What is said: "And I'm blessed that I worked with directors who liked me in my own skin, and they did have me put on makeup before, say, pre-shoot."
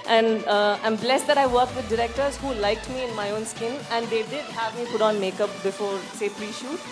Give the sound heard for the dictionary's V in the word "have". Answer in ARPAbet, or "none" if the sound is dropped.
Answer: V